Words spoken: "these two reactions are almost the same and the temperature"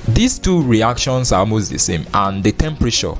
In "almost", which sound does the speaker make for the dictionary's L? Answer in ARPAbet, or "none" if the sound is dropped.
none